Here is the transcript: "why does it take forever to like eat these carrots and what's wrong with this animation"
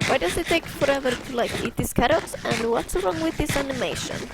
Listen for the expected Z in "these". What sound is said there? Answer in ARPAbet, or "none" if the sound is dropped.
S